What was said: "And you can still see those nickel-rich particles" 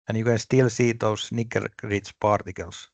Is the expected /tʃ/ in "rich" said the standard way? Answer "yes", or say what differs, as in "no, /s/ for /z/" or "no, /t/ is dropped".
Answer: no, /s/ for /tʃ/